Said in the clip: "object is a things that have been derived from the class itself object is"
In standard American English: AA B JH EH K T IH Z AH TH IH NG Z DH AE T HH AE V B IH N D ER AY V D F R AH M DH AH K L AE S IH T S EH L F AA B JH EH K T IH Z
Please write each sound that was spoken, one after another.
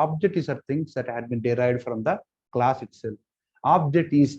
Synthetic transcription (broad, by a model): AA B JH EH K T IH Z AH T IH NG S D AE T HH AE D B IH N D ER AY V D F R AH M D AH K L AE S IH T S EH L AA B JH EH K T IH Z